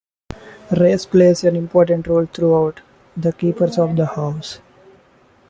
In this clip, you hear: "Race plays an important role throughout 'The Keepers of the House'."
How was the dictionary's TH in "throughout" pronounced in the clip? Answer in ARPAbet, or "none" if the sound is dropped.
T